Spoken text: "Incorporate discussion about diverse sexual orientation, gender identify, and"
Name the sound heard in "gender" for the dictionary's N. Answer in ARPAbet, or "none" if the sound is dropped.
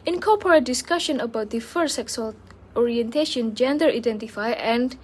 N